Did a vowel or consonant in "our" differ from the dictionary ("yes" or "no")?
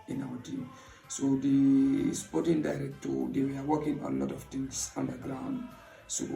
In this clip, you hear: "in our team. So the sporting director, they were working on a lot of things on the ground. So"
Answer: yes